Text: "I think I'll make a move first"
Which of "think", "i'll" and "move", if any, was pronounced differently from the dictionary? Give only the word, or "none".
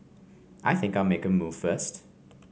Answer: none